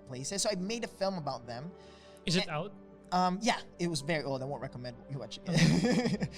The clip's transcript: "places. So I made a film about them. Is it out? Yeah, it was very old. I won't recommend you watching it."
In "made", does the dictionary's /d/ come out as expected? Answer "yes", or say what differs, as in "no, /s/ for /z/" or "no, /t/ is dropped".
yes